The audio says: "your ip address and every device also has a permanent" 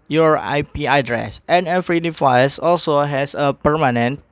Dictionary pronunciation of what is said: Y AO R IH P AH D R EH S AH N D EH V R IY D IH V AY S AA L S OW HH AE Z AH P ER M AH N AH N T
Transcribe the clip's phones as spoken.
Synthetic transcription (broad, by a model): Y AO R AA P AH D R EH S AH N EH F R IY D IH F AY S AA L S OW HH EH S AH P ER M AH N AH N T